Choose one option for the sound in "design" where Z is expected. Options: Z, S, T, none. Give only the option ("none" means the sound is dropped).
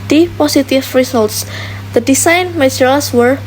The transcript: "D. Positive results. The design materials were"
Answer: S